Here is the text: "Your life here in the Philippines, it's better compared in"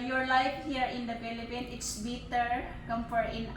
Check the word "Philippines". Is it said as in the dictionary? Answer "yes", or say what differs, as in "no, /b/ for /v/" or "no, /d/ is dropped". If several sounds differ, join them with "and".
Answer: no, /z/ is dropped